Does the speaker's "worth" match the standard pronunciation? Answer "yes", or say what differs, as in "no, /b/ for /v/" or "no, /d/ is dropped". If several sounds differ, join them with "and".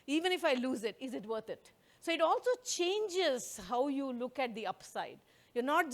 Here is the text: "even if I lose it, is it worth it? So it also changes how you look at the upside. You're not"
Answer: no, /t/ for /θ/